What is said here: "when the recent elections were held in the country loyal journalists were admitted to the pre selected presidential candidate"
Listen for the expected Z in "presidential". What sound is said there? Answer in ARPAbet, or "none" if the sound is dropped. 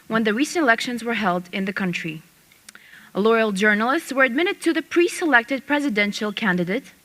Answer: Z